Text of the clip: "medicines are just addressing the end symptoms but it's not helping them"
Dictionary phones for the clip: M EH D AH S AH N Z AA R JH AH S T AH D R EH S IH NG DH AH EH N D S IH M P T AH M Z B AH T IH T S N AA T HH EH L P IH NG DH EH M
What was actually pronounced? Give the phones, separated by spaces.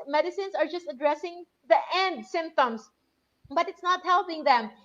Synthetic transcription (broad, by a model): M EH D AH S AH N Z AA R JH AH S T AH D R EH S IH NG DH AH EH N D S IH M P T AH M S B AH T IH T S N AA T HH EH L P IH NG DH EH M